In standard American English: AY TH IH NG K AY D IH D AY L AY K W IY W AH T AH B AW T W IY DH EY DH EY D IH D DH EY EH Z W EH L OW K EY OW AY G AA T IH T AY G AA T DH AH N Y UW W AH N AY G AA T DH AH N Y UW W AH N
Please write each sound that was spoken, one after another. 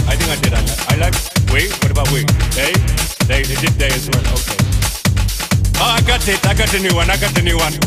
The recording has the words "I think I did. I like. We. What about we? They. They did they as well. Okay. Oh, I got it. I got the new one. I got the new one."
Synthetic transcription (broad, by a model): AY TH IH NG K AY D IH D AY L AY K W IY W AH T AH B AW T W IY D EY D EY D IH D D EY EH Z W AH N OW K EY OW AY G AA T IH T AY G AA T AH N Y UW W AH N AY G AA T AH N Y UW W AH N